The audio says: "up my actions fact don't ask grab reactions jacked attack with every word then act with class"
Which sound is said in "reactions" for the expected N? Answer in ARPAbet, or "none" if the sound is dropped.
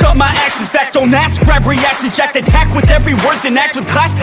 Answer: none